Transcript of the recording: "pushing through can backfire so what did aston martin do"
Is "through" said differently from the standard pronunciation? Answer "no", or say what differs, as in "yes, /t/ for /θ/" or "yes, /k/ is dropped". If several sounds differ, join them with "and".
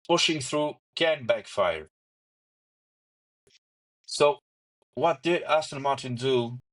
no